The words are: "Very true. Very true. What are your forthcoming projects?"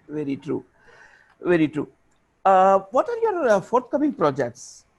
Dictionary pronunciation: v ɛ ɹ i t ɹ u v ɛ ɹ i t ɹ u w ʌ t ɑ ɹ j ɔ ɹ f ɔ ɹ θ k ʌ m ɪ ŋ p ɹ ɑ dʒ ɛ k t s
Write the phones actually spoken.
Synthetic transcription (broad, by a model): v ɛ ɹ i t ɹ u v ɛ ɹ i t ɹ u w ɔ t ɑ ɹ j ɔ ɹ f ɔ ɹ t k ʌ m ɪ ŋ p ɹ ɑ dʒ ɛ k t s